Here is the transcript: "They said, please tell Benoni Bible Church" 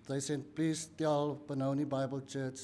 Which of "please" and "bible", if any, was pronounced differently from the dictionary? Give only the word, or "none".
please